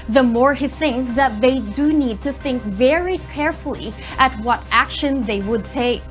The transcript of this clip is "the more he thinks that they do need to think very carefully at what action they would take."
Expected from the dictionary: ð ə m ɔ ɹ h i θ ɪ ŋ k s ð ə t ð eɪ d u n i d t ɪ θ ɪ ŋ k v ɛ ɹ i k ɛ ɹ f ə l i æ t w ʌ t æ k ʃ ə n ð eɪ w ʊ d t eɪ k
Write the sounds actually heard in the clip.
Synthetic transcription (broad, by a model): ð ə m ɔ ɹ h i θ ɪ ŋ k s ð ə t ð eɪ d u n i d t ɪ θ ɪ ŋ k v ɛ ɹ i k ɛ ɹ f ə l i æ t w ʌ t æ k ʃ ə n ð eɪ w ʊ d t eɪ k